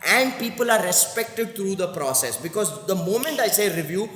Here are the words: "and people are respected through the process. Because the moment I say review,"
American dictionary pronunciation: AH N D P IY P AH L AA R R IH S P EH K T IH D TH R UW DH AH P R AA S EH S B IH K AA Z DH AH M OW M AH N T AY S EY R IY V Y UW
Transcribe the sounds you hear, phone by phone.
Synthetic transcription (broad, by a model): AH N D P IY P AH L AA R R IH S P EH K T IH D T R UW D AH P R AA S EH S B IH K AA Z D AH M OW M AH N T AY S EY R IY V Y UW